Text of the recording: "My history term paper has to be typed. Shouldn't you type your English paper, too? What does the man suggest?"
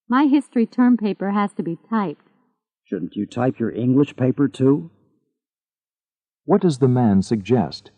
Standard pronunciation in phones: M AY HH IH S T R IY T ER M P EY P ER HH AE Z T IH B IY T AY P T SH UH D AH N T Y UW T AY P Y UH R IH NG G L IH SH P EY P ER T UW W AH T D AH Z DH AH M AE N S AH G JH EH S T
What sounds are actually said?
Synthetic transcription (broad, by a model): M AY HH IH S T R IY T ER M P EY P ER HH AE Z T IH B IY T AY P T SH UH D N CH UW T AY P Y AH R IH NG G L IH SH P EY P ER T UW W AH T D AH Z DH AH M AE N S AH G JH EH S T